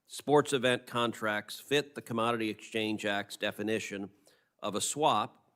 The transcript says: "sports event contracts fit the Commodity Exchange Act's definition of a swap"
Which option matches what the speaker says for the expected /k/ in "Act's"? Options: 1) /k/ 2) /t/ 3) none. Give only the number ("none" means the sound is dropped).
1